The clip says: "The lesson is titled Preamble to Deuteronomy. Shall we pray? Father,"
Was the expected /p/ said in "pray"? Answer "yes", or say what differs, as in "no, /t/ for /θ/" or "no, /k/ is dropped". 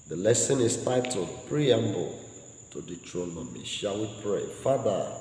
yes